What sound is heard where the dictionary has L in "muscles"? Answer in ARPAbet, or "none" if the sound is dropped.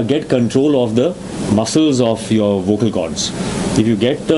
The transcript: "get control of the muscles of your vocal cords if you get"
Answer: L